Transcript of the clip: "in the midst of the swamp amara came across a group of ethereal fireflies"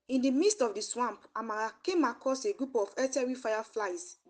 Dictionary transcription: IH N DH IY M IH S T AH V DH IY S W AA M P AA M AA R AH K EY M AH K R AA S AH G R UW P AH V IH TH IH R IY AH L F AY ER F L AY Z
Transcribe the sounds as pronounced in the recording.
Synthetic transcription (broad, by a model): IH N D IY M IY S T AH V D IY S W AA M P AA M AA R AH K EY M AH K AA S AH G R UW P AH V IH T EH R IY F AY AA F L AY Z